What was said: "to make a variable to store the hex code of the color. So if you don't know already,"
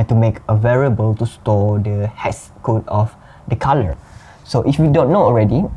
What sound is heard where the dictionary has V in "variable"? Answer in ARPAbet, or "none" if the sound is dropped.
V